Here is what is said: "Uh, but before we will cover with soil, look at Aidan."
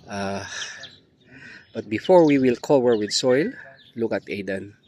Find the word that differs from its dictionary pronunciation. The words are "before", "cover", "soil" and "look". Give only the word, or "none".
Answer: cover